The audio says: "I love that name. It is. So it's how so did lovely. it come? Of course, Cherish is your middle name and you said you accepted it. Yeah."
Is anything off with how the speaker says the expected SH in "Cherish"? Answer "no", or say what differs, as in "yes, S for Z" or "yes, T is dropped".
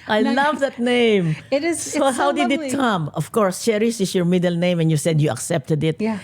yes, S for SH